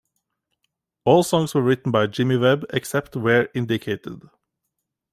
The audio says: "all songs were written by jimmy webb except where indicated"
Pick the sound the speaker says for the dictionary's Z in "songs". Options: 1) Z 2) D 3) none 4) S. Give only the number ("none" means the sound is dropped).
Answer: 4